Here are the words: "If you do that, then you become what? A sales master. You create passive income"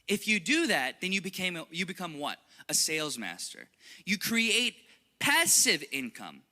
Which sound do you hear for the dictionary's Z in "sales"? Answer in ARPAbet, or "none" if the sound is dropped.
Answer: Z